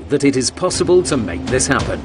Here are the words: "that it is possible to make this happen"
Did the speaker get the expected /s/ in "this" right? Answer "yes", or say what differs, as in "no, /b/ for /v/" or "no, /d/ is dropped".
yes